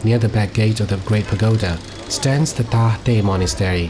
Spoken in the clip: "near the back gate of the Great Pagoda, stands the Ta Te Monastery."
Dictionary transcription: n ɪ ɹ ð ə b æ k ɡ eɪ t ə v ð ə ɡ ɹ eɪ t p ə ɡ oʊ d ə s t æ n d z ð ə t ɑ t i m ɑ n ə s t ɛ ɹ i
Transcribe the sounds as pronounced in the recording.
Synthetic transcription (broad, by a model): n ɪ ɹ ð ə b æ k ɡ eɪ t ə v ð ə ɡ ɹ eɪ t p ə ɡ oʊ d ə s t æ n d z ð ə t ɑ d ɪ m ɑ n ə s t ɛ ɹ i